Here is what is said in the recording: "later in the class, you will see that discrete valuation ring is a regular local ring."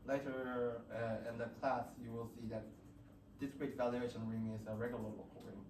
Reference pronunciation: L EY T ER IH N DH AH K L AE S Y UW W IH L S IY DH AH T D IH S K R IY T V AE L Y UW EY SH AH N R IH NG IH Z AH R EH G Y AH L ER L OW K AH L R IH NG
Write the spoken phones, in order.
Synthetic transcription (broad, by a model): L EY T ER IH N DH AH K L AE S Y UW W IH L S IY DH AH T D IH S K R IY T V AE L Y UW EY SH AH N R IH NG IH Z AH R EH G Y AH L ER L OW AH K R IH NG